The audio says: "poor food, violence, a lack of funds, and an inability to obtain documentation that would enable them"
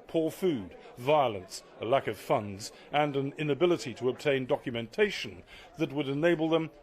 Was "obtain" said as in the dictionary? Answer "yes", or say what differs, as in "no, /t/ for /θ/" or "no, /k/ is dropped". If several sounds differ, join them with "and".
yes